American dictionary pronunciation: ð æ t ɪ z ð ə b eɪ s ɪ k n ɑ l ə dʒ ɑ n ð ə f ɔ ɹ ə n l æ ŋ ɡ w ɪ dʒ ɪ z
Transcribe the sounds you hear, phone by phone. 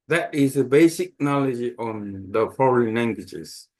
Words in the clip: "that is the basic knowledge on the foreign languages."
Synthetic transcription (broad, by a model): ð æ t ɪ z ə b eɪ s ɪ k n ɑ l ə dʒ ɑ n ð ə f ɔ ɹ ə n l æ ŋ ɡ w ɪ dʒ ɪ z